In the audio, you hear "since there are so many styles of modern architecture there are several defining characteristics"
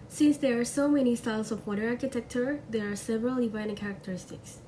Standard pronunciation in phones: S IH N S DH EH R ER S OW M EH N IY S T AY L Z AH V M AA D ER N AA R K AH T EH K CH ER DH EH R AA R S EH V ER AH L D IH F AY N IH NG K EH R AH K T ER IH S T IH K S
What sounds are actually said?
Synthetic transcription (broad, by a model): S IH N S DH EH R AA S OW M EH N IY S T AY L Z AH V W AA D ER AA R K AH T EH K CH ER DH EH R AA R S EH V ER AH L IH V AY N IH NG K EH R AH K T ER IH S T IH K S